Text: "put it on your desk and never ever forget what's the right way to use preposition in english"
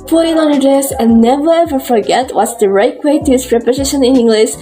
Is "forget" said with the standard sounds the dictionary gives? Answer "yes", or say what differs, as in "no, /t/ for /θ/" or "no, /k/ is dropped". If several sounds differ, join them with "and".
yes